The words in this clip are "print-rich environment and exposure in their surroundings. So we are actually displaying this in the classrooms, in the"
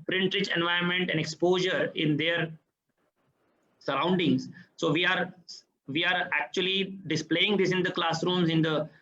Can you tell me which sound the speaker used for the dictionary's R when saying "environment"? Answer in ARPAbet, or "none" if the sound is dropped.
none